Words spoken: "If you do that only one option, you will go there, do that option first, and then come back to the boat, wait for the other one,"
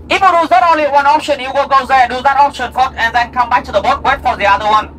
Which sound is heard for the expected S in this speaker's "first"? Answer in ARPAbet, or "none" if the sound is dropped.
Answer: none